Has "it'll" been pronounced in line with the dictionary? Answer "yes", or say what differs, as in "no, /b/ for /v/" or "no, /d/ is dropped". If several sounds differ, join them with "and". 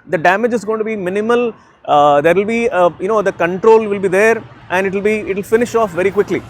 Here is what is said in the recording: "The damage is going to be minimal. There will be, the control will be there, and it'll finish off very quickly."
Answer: yes